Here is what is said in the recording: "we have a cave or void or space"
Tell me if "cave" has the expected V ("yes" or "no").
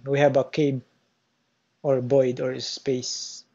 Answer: no